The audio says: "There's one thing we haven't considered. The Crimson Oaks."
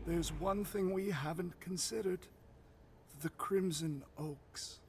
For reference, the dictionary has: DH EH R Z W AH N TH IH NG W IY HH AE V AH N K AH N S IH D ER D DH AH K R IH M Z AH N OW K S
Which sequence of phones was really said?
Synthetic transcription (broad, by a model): DH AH R Z W AH N TH IH NG W IY HH AE V AH N K AH N S IH D ER D DH AH K R IH M Z AH N OW K S